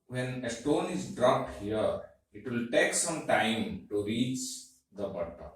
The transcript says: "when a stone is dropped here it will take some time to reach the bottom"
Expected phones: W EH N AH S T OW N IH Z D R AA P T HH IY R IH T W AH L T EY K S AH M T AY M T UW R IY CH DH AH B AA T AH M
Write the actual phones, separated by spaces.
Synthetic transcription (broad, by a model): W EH N AH S T OW N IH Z D R AA P T HH IY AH IH T W AH L T EY K S AH M T AY M T UW R IY CH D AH B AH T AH